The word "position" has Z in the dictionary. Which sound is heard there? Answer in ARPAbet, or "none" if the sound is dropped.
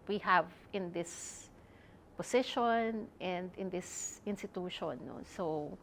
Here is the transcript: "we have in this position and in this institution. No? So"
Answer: S